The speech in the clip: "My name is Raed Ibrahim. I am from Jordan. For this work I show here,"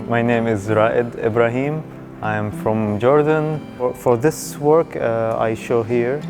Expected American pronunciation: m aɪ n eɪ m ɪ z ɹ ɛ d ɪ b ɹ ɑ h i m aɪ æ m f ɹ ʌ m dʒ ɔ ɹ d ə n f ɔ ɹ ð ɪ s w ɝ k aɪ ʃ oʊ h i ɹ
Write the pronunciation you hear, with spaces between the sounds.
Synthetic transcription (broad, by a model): m aɪ n eɪ m ɪ z ɹ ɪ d ɪ b ɹ ɑ h i m aɪ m f ɹ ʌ m dʒ ɔ ɹ d ə n f ɔ ɹ ð ɪ s w ɝ k aɪ ʃ oʊ h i ɹ